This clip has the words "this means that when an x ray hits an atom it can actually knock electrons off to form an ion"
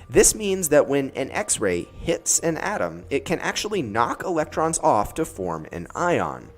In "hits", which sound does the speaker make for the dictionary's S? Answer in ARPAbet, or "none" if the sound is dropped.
S